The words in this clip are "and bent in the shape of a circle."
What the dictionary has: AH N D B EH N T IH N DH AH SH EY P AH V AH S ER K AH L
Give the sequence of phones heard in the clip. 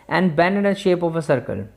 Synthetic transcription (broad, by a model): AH N D B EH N IH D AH SH EY P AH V AH S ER K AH L